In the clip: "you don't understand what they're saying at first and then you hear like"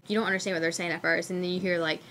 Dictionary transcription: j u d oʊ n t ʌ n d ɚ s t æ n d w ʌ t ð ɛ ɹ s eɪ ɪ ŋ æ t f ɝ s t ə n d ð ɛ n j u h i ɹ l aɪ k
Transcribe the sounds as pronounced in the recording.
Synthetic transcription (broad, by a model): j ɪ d oʊ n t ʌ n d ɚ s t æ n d w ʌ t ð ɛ ɹ s eɪ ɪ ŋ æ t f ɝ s ə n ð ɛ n j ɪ h i ɹ l aɪ k